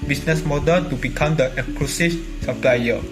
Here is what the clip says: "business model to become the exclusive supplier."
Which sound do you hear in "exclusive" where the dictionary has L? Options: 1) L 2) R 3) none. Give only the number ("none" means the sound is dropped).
3